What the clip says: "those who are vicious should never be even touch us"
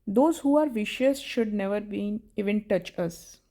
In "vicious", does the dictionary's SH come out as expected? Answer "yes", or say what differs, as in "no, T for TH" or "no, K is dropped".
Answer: yes